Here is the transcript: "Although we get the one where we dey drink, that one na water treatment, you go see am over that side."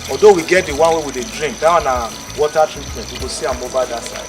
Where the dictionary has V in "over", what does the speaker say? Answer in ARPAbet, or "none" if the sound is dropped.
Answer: B